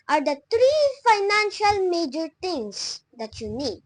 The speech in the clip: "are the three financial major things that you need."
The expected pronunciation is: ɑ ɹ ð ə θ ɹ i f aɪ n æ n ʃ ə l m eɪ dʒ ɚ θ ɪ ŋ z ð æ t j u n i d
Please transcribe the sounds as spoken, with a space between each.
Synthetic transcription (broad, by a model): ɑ ɹ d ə t ɹ i f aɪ n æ n ʃ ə l m eɪ dʒ ɚ t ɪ ŋ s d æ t j u n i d